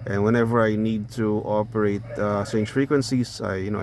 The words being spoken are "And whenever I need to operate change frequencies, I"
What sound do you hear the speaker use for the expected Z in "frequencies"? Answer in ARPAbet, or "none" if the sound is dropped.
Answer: S